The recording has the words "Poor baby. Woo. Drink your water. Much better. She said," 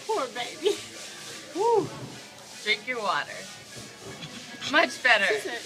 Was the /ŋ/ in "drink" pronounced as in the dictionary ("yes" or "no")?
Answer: no